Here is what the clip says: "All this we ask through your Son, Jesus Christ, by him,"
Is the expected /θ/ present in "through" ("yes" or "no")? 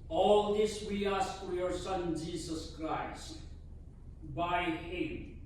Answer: no